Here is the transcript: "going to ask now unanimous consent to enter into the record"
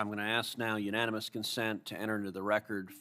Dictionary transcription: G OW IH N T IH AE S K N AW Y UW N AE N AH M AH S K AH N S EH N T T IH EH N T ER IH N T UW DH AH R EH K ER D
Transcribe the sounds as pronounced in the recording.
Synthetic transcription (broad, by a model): G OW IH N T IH AE S K N AW Y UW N AE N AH M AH S K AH N S EH N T T IH EH T ER IH N T UW DH AH R EH K ER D